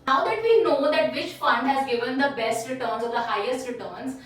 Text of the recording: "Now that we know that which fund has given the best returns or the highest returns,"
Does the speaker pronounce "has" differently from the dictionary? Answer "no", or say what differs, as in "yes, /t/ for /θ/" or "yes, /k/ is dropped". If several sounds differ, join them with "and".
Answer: no